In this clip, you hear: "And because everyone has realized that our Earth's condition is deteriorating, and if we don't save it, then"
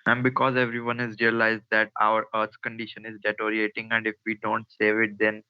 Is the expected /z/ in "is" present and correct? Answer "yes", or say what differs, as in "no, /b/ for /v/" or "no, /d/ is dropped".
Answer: yes